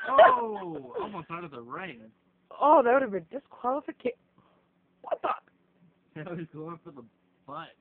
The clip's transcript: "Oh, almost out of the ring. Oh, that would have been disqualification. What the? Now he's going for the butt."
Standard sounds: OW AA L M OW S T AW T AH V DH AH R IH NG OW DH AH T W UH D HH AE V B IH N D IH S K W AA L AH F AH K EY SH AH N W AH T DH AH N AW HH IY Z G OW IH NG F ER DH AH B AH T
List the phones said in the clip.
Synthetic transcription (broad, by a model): OW AA L M OW S T AW T AH V DH AH R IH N OW DH AH T W UH D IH V B IH N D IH S K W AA L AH F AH K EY W AH T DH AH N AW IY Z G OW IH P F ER DH AH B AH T